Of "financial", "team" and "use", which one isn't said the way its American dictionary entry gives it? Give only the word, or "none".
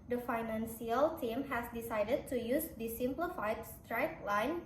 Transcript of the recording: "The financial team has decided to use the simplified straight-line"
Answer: financial